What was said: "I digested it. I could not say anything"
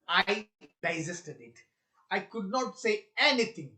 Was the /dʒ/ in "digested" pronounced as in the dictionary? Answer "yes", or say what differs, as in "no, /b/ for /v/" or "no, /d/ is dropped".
no, /z/ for /dʒ/